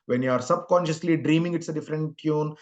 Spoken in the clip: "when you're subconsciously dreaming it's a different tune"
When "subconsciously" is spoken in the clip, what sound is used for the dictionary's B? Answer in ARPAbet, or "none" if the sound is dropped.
B